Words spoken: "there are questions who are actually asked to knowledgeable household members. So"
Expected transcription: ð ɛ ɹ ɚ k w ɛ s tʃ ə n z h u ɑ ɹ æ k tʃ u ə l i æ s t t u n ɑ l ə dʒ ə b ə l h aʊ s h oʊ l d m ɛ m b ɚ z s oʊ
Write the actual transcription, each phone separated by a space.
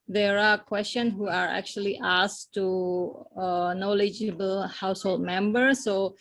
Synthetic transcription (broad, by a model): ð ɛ ɹ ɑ k w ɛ s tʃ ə n h u ɑ ɹ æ k tʃ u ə l i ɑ s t t u n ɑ l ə dʒ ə b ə l h aʊ s h oʊ l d m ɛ m b ɚ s oʊ